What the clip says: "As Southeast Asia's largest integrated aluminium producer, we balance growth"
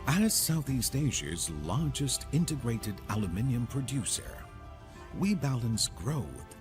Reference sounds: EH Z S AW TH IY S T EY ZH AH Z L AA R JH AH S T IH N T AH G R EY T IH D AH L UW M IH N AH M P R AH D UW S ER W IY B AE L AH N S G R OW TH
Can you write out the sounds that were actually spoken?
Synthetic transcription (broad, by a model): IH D S AW TH IY S T EY ZH AH Z L AA R JH AH S T IH N T AH G R EY T IH D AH L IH M IH N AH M P R AH D UW S ER W IY B AE L AH N S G R OW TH